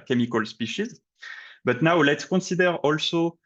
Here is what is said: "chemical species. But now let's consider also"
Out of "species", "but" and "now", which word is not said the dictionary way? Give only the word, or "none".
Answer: none